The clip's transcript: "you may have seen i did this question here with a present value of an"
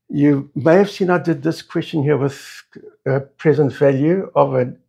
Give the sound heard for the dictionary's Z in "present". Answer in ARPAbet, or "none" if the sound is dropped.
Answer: Z